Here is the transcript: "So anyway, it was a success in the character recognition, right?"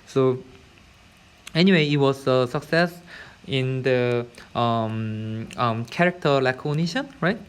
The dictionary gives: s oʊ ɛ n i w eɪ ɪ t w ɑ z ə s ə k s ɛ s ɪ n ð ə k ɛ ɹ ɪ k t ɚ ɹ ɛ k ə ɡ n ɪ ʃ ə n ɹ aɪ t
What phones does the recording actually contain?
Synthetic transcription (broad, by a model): s oʊ ɛ n i w eɪ ɪ t w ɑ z ə s ə k s ɛ s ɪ n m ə k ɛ ɹ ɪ k t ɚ l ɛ k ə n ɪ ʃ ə n ɹ aɪ t